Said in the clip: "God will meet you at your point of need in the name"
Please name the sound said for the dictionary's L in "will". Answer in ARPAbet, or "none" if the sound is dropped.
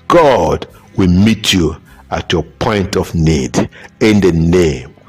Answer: L